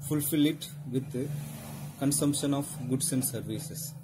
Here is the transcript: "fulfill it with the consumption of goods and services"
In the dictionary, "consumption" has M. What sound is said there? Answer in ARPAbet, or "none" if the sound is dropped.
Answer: M